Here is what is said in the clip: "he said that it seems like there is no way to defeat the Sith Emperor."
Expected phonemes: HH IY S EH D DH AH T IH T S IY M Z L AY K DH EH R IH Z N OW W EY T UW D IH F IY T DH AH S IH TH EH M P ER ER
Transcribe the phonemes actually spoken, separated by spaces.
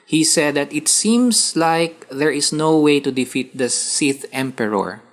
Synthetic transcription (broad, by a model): HH IY S EH D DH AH T IH T S IY M S L AY K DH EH R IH S N OW W EY T UW D IH F IY T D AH S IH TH EH M P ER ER